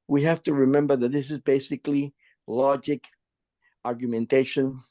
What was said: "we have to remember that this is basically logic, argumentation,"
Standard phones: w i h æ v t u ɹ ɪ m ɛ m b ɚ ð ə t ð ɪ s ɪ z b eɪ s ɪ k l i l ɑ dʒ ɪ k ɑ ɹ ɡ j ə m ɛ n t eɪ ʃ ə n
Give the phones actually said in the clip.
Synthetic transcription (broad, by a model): w i h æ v t u ɹ ɪ m ɛ m b ɚ ð ə t ð ɪ s ɪ z b eɪ s ɪ k l i l ɑ dʒ ɪ k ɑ ɹ ɡ j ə m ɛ n t eɪ ʃ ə n